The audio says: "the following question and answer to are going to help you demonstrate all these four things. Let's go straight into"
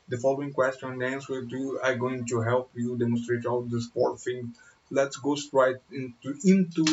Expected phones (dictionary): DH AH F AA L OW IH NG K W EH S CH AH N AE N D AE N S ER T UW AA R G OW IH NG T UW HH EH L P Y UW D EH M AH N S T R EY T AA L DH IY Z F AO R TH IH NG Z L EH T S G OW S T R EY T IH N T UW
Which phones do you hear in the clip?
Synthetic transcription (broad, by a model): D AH F AA L OW IH NG K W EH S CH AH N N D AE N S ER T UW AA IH G OW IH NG T UW HH EH L P Y UW D EH M AH N S T R EY T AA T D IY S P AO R F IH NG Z L EH T S G OW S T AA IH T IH N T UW